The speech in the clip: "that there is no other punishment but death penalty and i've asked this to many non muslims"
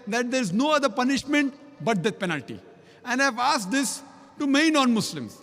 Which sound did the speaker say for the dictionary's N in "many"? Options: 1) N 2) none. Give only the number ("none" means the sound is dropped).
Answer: 2